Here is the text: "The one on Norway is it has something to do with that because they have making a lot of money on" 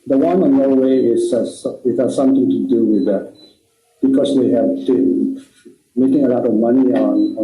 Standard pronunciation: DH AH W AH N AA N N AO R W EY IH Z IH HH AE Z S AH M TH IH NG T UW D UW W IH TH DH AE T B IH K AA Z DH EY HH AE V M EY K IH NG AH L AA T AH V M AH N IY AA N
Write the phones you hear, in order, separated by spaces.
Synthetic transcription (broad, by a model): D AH W AH N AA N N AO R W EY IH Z IH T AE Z S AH M T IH NG T UW D UW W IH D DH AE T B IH K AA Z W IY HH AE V M EY K IH NG AH L AA T AH V M AH N IY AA N